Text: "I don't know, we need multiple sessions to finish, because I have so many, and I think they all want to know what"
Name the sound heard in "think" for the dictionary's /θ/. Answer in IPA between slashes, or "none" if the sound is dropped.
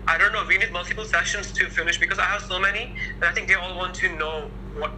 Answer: /θ/